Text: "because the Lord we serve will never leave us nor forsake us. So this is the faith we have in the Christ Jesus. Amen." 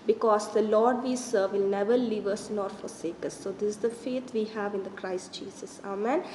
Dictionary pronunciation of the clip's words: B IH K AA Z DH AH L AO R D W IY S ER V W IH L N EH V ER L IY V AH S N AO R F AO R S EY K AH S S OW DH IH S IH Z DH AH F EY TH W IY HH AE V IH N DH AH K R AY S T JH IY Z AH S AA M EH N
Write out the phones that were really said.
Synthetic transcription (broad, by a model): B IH K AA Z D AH L AO R D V IY S ER V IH L N EH V ER L IY V AH S N AO R F AO R S EY K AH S S OW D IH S IH Z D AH F EY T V IY HH AE V IH N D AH K R AY S T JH IY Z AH S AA M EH N